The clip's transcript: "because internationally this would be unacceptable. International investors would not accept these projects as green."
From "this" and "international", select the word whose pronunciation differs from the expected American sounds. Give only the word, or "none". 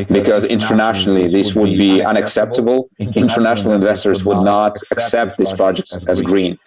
none